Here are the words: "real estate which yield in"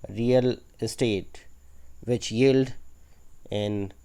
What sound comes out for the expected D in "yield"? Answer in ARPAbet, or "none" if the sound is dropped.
D